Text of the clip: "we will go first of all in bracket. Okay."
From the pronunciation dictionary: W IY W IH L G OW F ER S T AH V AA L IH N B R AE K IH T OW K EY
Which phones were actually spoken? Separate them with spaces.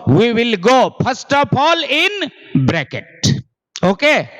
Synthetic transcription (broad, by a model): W IY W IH L G OW P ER S T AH P AA L IH N B R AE K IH T OW K EY